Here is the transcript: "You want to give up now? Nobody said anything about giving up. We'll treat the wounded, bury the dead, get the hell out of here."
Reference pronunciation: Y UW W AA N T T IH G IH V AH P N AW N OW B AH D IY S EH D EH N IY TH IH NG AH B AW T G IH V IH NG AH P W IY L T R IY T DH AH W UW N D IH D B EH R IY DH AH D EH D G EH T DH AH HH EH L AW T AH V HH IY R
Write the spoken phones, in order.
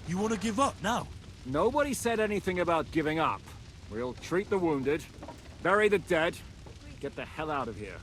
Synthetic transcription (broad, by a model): Y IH W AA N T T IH G IH V AH P N AW N OW B AH D IY S EH D EH N IY TH IH NG AH B AW T G IH V IH NG AH P W IY L T R IY T DH AH W UW N D IH D B EH R IY DH AH D EH D G EH T DH AH HH EH L AW T AH V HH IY R